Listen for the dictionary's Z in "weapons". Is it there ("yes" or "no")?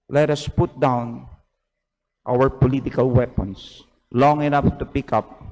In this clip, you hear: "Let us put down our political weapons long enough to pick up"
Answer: no